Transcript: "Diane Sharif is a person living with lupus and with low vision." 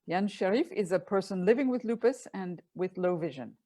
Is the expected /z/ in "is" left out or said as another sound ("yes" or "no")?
no